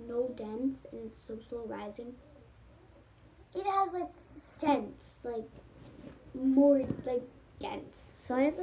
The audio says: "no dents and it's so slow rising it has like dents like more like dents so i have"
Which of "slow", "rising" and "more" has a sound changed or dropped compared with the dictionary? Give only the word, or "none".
slow